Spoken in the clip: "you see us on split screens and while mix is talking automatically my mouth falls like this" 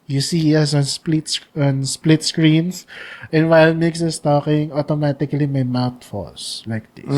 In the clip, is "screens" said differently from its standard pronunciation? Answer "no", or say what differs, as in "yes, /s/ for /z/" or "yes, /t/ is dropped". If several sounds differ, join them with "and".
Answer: yes, /s/ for /z/